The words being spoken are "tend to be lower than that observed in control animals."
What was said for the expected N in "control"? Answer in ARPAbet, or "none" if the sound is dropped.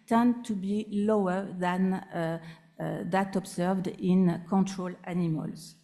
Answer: N